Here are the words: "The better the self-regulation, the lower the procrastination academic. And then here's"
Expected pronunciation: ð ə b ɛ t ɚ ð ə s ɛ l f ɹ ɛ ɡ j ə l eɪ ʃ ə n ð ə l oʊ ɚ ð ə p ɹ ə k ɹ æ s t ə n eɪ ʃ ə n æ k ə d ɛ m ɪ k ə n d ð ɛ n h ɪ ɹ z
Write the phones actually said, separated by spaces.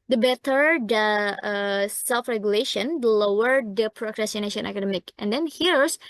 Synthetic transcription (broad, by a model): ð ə b ɛ t ɚ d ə s ɛ l f ɹ ɛ ɡ j ə l eɪ ʃ ə n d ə l oʊ ɚ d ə p ɹ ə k ɹ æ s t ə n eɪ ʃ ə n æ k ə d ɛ m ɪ k ə n d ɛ n h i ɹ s